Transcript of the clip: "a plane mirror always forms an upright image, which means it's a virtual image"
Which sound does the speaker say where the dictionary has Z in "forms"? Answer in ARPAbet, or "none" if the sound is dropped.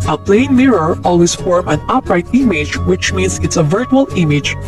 none